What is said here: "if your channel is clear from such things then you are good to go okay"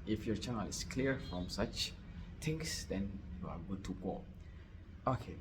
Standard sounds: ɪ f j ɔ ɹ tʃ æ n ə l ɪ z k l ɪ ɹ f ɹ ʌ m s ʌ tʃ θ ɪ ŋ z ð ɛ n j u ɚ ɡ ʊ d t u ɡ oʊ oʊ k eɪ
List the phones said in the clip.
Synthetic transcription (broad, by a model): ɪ f j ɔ tʃ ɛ n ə l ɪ s k l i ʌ f ɹ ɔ m s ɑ tʃ t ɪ ŋ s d ɛ n j u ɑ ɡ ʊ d t u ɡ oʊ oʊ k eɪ